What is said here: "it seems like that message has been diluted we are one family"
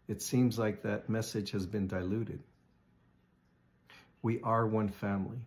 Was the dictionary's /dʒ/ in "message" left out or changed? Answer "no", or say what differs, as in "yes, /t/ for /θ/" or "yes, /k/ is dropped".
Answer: yes, /ʒ/ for /dʒ/